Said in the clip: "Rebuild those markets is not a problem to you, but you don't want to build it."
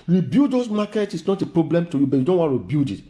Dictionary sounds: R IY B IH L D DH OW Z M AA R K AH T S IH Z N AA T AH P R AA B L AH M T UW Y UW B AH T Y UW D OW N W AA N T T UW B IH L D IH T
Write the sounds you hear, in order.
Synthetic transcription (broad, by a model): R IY B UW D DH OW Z M AA K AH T IH S N AA T AH P R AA B L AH M T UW Y UW B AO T Y UW D OW N W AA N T T UW B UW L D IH T